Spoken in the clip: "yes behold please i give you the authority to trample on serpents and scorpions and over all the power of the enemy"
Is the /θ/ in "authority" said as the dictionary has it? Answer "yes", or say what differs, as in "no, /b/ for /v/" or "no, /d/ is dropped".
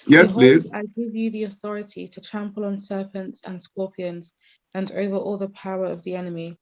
yes